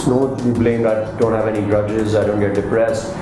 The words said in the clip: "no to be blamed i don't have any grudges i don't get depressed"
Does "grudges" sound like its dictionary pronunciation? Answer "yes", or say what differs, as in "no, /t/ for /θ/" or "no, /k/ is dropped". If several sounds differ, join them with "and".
no, /ɹ/ is dropped